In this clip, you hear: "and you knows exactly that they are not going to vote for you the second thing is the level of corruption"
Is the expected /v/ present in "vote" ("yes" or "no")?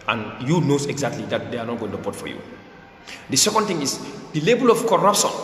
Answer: no